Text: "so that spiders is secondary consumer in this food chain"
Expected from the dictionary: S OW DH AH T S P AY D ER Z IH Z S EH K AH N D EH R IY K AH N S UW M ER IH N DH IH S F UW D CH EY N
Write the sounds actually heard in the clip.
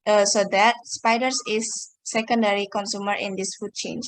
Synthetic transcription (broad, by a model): S OW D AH T S P AY D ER S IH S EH K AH N D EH R IY K AH N S UW M ER IH N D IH S F UW D CH EY N